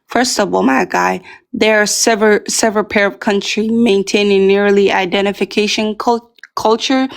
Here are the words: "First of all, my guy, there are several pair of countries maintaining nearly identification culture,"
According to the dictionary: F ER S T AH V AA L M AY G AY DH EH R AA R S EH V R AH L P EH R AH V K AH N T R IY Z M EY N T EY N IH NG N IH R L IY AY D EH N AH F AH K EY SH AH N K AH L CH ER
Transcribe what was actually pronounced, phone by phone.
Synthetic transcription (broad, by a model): F ER S T AH V AA L M AY G AY DH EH R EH R S EH V R AH L P EH R AH V K AH N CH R IY M EY N T EY N IH NG N IH R L IY AY D EH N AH F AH K EY SH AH N K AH L CH ER